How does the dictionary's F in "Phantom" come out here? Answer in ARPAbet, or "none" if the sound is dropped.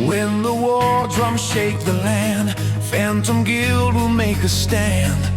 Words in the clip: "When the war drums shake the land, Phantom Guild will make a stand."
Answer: F